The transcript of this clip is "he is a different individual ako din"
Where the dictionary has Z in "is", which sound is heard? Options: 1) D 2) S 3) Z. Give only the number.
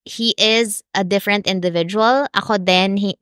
3